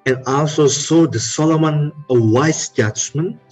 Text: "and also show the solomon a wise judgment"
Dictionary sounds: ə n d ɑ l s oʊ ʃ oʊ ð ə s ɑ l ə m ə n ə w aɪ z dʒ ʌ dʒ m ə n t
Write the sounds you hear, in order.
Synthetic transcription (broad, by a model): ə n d ɑ l s oʊ s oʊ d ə s ɑ l ə m ə n ə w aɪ s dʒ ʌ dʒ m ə n